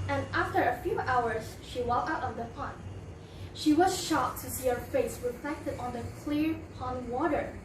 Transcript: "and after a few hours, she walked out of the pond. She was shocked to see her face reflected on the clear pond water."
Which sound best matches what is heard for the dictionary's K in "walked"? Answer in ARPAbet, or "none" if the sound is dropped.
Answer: none